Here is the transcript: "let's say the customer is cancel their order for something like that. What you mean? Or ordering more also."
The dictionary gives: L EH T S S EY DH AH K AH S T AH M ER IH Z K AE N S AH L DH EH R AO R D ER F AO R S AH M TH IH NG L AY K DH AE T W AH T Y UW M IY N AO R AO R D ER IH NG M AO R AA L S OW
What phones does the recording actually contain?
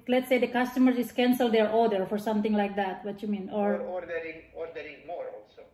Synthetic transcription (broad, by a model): L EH T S S EY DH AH K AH S T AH M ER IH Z K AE N S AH L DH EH R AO L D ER F AO R S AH M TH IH NG L AY K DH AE T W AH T Y UW M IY N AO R AO R D ER IH NG M AO R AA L S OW